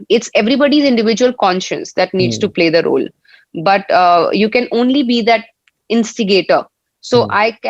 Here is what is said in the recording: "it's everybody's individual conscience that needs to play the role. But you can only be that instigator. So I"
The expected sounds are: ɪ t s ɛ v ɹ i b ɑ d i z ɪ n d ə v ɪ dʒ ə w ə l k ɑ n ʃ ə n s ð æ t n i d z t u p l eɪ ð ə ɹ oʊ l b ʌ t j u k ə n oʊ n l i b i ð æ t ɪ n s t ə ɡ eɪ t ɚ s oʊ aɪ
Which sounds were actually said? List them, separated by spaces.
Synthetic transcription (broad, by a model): ɪ t s ɛ v ɹ i b ɑ d i z ɪ n d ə v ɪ dʒ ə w ə l k ɑ n ʃ ə n s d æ t n i d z t u p l eɪ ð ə ɹ oʊ l b ʌ t j u k ə n oʊ n l i b i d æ t ɪ n s t ə ɡ eɪ t ɚ s oʊ aɪ